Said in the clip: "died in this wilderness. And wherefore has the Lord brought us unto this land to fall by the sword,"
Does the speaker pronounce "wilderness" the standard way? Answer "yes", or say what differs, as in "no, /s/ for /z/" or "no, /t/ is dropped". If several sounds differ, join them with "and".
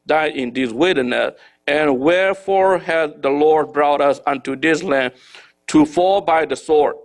no, /l/ is dropped